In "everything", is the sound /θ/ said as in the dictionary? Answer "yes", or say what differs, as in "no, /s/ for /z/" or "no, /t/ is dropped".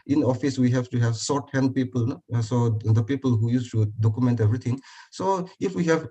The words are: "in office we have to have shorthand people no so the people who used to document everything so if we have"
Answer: no, /t/ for /θ/